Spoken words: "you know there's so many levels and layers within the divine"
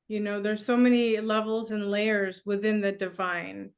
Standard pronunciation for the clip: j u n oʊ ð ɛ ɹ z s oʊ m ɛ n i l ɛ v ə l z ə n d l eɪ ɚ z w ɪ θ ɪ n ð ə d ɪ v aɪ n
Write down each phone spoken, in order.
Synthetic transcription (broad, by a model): j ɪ n oʊ ð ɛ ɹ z s oʊ m ɛ n i l ɛ v l z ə n l eɪ ɚ z w ɪ θ ɪ n ð ə d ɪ v aɪ n